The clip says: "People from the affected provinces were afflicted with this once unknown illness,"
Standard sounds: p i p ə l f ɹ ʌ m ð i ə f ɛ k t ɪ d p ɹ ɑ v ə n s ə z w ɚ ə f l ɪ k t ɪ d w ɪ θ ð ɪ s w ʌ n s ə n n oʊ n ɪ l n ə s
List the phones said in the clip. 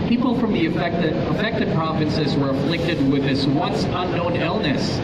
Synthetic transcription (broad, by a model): p i p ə l f ɹ ʌ m ð i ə f ɛ k t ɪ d p ɹ ɑ v ə n s ə z w ɚ ə f l ɪ k t ɪ d w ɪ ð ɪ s w ʌ n s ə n n oʊ n ɪ l n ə s